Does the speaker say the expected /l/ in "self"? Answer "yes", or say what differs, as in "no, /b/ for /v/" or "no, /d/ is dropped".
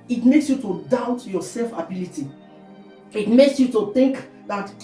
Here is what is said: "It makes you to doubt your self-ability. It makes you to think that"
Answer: yes